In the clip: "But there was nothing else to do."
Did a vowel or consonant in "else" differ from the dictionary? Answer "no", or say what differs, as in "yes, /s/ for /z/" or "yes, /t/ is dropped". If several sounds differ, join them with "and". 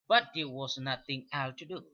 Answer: yes, /s/ is dropped